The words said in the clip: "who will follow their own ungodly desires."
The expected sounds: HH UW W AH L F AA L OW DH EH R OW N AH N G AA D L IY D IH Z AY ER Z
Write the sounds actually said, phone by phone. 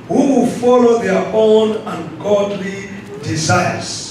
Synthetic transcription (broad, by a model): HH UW W AH L F AA L OW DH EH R OW N AH N G AA D L IY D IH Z AY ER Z